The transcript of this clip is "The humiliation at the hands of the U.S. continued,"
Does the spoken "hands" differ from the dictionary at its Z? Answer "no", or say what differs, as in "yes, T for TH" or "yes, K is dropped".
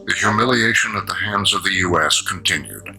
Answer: no